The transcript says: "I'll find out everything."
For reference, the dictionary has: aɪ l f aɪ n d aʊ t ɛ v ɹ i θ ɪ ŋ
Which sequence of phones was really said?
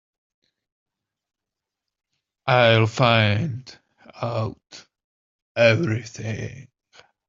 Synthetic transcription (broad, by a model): aɪ l f aɪ n d aʊ t ɛ v ɹ i θ ɪ ŋ